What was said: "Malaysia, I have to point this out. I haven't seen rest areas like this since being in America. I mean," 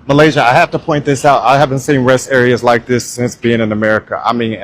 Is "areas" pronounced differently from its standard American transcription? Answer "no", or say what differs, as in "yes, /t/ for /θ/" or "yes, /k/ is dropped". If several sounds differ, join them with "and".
no